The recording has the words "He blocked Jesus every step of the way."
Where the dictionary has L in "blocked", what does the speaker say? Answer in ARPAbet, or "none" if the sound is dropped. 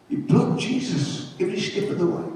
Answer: none